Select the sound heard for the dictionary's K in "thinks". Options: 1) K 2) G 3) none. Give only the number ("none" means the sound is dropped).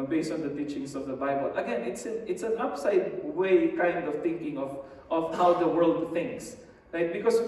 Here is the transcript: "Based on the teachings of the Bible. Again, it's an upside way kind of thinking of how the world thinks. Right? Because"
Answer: 1